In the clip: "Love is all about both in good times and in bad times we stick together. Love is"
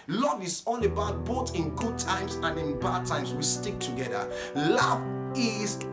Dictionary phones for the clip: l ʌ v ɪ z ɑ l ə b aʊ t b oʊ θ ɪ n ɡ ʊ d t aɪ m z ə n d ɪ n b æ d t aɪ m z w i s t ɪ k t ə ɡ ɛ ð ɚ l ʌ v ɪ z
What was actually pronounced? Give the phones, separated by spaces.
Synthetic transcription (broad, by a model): l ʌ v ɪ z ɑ n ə b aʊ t b oʊ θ ɪ n ɡ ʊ d t aɪ m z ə n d ɪ n b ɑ d t aɪ m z w i s t ɪ k t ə ɡ ɛ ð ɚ l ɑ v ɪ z